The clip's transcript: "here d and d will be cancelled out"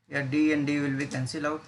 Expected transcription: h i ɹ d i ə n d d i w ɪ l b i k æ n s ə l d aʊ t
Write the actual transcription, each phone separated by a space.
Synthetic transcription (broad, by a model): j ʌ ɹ d i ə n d d i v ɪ l b i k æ n s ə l aʊ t